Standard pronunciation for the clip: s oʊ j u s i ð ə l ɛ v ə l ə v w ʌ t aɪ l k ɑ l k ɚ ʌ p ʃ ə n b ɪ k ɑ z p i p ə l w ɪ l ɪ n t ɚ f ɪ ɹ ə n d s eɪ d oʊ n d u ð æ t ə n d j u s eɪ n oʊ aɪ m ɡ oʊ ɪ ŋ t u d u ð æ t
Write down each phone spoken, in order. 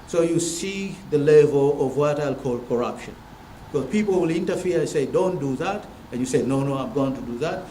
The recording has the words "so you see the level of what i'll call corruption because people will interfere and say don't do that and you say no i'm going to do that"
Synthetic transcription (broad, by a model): s oʊ j u s i ð ə l ɛ v ə l ə v w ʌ t aɪ l k ɑ l k ɚ ʌ p ʃ ə n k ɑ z p i p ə l w ɪ l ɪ n t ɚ f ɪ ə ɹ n s eɪ d oʊ n d u ð æ t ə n j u s eɪ n oʊ aɪ m ɡ oʊ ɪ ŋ t u d u ð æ t